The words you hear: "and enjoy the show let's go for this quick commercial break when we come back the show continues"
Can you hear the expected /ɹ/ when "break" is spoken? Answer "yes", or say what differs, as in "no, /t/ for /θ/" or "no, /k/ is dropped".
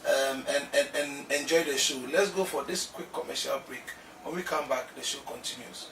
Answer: yes